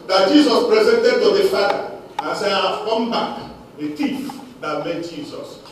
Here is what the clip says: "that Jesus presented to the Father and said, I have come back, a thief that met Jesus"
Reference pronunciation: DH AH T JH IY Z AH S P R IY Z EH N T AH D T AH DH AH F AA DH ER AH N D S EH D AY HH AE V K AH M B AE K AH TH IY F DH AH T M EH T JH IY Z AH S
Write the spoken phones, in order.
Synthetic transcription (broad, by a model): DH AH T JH IY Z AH S P R IY Z EH N T AH D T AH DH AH F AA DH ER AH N S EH AY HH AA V K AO M B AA K AH T IY F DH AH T M EH T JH IY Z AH S